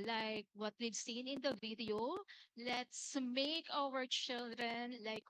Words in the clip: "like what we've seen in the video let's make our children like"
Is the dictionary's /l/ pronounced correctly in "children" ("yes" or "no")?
yes